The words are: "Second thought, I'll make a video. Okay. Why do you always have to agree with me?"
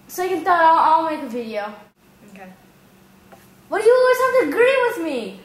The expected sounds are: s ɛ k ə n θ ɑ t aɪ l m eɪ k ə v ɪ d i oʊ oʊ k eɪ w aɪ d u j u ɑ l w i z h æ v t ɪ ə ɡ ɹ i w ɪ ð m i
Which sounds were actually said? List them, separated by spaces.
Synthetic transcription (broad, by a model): s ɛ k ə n t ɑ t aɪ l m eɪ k ə v ɪ d i oʊ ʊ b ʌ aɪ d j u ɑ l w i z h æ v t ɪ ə ɡ ɹ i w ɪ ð m i